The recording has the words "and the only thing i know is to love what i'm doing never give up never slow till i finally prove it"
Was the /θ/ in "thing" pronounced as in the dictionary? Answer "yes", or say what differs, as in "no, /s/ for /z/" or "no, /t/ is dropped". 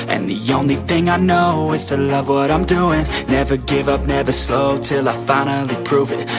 yes